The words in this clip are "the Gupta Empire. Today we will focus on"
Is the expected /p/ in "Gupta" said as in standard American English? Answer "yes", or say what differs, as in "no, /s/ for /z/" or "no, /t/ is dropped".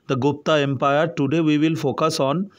yes